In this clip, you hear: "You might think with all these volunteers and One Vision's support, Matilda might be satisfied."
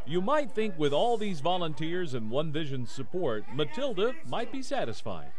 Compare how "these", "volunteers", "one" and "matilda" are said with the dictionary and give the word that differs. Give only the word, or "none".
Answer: none